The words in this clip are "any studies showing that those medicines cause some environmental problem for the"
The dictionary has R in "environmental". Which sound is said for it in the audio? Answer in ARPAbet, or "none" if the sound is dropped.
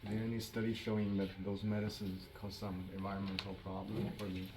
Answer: R